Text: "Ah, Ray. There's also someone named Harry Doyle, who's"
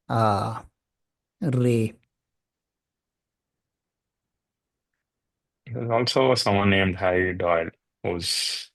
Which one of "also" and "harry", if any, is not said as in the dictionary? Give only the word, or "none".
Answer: harry